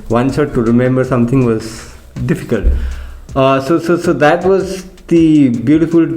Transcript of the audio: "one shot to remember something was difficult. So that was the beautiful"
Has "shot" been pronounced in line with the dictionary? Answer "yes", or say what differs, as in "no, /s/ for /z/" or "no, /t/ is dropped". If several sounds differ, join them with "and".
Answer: no, /s/ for /ʃ/